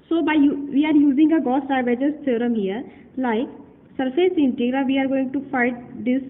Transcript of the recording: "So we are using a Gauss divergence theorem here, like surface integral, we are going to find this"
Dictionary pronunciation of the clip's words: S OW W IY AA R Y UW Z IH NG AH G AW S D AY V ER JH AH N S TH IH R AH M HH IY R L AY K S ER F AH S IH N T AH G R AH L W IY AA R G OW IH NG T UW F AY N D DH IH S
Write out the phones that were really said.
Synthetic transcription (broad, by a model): S OW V IY AA R Y UW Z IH NG AH G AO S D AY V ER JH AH S T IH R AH M HH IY R L AY K S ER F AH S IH N T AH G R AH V IY AA R G OW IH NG T UW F AY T D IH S